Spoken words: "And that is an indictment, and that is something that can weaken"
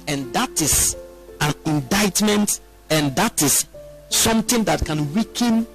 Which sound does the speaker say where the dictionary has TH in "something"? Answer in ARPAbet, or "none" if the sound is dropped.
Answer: T